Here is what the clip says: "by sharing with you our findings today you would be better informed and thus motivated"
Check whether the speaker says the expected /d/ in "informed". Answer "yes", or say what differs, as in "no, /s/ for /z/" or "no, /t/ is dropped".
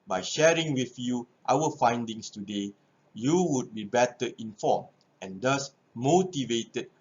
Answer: no, /d/ is dropped